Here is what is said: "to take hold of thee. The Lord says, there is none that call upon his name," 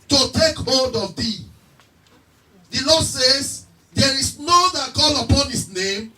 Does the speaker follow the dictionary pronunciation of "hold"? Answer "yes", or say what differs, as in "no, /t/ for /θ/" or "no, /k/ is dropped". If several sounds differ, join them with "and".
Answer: yes